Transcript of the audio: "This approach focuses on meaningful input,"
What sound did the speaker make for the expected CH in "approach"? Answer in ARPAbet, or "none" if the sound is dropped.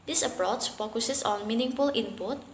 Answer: S